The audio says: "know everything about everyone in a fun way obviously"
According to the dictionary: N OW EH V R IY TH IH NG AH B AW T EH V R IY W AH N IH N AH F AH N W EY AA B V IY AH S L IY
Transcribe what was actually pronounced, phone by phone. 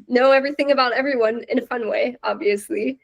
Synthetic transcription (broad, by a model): N OW EH V R IY TH IH NG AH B AW T EH V R IY W AH N IH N AH F AH N W EY AA B V IY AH S L IY